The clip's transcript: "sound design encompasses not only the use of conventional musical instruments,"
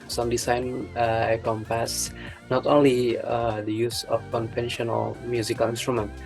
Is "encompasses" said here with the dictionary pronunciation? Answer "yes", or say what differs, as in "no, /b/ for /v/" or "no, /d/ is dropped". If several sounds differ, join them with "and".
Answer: no, /n/ is dropped